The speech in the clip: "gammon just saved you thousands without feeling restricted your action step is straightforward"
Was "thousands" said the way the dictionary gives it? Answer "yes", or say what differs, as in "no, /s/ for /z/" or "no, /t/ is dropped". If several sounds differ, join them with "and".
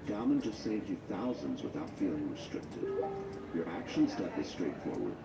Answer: yes